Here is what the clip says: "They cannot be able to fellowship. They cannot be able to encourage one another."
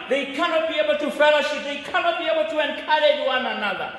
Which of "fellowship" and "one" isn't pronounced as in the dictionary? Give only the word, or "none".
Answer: none